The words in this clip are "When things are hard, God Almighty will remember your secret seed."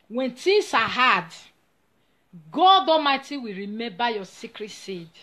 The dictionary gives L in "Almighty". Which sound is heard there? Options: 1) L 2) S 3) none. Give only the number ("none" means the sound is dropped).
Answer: 3